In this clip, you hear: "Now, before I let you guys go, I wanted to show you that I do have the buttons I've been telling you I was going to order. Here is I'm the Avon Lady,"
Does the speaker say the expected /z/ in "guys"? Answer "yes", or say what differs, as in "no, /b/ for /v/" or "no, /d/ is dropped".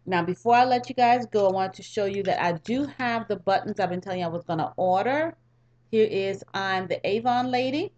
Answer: yes